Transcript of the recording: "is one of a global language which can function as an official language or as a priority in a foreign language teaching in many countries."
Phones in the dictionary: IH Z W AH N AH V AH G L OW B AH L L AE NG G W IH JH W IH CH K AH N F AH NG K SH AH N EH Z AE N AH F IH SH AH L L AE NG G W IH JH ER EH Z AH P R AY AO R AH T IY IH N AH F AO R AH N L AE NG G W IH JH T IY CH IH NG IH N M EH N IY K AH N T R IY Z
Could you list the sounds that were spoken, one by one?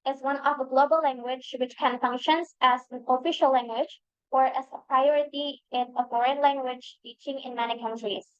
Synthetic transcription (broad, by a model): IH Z W AH N AH V AH G L OW B AH L L AE NG G W IH JH W IH CH K AH N F AH NG K SH AH N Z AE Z AH F IH SH AH L L AE NG G W IH JH ER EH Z AH P R AY AO R AH T IY IH N AH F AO R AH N L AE NG G W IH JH T IY CH IH NG IH N M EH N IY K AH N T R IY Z